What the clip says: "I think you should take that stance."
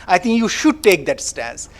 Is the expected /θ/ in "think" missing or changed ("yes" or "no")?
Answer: yes